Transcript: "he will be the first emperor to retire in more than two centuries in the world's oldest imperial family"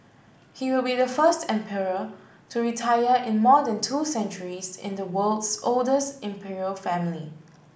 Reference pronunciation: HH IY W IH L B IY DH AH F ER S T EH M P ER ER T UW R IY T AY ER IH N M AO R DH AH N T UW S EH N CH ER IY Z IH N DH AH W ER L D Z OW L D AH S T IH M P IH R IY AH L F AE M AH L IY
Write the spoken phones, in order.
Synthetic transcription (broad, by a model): HH IY W IH L B IY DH AH F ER S T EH M P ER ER T UW R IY T AY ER IH N M AO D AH N T UW S EH N CH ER IY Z IH N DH AH W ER L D S OW L D AH S T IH M P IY R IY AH L F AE M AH L IY